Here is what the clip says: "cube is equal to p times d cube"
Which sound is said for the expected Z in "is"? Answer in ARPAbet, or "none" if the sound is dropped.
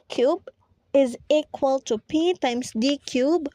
Z